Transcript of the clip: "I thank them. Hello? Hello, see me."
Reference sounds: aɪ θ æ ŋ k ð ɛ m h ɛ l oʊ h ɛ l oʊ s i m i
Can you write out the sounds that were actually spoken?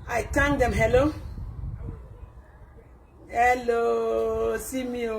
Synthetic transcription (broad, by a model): aɪ t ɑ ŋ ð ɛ m h ɛ l oʊ h ɛ l oʊ s i m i